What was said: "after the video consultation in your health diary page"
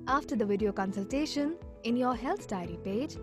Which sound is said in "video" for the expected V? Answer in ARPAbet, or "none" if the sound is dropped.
V